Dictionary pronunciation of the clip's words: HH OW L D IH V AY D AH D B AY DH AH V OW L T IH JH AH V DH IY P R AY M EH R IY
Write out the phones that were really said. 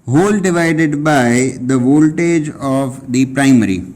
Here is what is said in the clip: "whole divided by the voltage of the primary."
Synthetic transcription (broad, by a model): HH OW L D IH V AY D AH D B AY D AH V OW L T IH JH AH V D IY P R AY M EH R IY